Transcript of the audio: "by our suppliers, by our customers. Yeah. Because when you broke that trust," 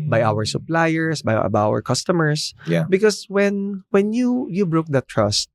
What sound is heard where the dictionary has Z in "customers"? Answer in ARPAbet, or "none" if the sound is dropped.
S